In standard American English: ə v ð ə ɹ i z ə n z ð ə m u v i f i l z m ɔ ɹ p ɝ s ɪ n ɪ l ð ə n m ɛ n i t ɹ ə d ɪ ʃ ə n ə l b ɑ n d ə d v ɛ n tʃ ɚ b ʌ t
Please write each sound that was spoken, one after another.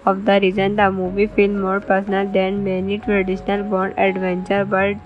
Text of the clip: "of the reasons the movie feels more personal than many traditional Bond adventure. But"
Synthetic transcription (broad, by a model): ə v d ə ɹ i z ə n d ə m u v i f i l m ɔ ɹ p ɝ s n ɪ l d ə n m ɛ n i t ɹ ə d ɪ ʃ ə n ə l b ɑ n d ə d v ɛ n tʃ ɚ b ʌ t